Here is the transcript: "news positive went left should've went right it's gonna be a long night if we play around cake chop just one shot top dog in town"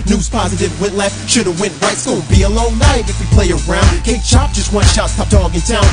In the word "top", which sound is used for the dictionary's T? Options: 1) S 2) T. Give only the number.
1